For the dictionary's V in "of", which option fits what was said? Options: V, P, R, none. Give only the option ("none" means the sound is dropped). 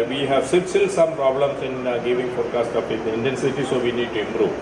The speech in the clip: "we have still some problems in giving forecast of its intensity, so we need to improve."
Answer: P